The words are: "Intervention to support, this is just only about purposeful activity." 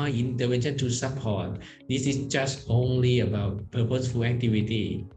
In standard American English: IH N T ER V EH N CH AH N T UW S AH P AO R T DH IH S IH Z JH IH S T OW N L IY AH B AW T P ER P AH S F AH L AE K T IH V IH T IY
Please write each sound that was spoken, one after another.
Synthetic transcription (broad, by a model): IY N T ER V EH N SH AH N T UW S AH P AO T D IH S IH S JH IH S T OW N L IY AH B AW T P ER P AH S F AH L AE K T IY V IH T IY